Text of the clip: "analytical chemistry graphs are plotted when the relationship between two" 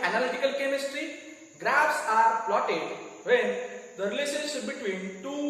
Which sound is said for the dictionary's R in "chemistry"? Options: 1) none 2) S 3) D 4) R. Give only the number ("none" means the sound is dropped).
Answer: 4